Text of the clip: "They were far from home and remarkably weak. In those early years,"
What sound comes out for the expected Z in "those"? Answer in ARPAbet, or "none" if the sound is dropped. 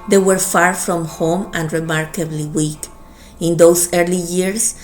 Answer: S